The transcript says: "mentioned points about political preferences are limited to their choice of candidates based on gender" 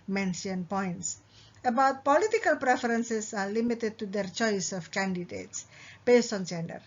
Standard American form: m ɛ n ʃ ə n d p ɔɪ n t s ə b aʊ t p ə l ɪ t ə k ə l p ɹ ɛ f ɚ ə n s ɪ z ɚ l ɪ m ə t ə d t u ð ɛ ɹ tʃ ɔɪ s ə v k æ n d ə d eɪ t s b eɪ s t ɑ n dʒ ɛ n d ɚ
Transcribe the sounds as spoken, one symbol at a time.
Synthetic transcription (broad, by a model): m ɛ n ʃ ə n p ɔɪ n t s ə b aʊ t p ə l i t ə k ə l p ɹ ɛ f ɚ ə n s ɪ s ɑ l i m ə t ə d t u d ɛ ɹ tʃ ɔɪ s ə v k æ n d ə d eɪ t s b eɪ s t ɑ n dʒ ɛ n d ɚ